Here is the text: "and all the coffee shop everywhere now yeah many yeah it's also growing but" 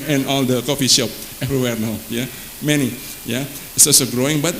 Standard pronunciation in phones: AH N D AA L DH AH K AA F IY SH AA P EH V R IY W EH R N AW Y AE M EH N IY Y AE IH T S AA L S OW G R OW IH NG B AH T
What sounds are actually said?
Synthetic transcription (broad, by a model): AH N AA L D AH K AA F IY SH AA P EH V R IY W EH R N AW Y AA M EH N IY Y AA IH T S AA S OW G R OW IH NG B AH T